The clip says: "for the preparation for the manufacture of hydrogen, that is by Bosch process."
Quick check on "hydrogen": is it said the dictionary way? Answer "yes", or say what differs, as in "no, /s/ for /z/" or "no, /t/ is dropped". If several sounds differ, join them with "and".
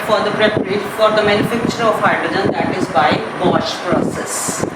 no, /ɹ/ is dropped